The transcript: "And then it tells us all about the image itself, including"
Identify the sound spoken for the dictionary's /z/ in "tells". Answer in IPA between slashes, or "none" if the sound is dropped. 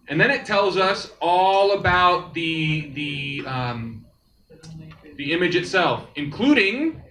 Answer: /z/